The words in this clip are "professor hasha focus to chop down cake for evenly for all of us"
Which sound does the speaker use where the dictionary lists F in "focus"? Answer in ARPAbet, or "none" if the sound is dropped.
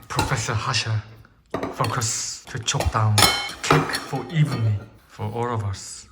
F